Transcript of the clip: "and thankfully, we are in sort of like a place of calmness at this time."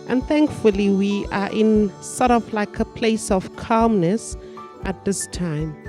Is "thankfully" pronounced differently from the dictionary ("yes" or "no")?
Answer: no